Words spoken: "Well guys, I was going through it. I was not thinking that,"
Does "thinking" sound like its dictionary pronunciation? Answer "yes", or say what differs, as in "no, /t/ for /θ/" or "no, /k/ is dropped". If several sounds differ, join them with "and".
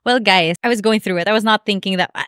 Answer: yes